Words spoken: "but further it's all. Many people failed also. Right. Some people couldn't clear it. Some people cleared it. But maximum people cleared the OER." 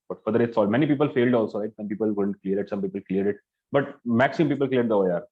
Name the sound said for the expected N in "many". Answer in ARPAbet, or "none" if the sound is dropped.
N